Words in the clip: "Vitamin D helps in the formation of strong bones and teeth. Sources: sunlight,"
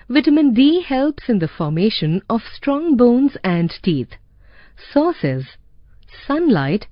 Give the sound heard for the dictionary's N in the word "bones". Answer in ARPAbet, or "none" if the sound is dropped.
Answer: N